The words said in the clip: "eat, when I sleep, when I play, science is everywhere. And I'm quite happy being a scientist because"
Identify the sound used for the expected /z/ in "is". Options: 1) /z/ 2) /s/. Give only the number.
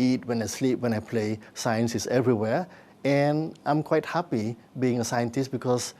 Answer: 2